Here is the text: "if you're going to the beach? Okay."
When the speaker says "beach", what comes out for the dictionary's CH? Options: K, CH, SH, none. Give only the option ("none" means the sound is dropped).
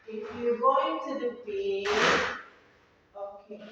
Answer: none